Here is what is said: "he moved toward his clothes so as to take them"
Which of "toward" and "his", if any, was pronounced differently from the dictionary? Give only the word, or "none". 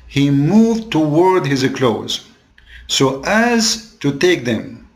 none